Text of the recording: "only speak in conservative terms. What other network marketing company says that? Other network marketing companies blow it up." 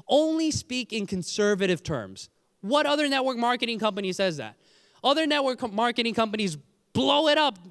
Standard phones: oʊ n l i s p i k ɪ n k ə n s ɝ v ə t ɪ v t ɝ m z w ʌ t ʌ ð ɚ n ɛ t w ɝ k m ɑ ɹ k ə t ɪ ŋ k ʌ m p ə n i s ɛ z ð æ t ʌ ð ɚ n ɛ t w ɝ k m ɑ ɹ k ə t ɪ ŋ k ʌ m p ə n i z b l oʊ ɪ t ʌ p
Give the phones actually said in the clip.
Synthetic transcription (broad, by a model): oʊ n l i s p i k ɪ n k ə n s ɝ v ə t ɪ v t ɝ m z w ʌ t ʌ ð ɚ n ɛ t w ɝ k m ɑ ɹ k ə t ɪ ŋ k ʌ m p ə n i s ɛ z ð æ t ʌ ð ɚ n ɛ t w ɝ k m ɑ ɹ k ə t ɪ ŋ k ʌ m p ə n i z b l oʊ ɪ t ʌ p